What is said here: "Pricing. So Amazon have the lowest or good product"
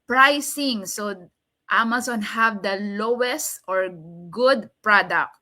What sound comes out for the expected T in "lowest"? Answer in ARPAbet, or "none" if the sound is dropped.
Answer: T